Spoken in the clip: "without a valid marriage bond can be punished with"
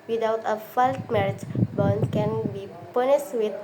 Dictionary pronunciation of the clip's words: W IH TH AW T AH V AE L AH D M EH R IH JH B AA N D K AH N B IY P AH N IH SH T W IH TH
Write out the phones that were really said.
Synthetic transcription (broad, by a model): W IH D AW T AH F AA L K M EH R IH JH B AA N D K AH N B IY P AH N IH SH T W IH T